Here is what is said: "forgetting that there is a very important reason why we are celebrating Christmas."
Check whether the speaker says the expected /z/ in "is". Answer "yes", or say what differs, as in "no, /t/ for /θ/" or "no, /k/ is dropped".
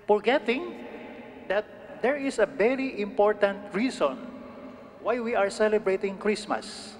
no, /s/ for /z/